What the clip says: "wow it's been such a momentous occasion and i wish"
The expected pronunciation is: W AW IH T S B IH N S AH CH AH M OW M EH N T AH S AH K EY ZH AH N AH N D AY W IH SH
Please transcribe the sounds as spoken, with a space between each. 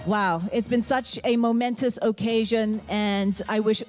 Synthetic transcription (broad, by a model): W AW IH T S B IH N S AH CH AH M OW M EH N T AH S AH K EY ZH AH N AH N AY W IH SH